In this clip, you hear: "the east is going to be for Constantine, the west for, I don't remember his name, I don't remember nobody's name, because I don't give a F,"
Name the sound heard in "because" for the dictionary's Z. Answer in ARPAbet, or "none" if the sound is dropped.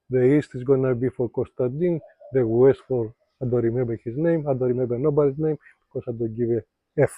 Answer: S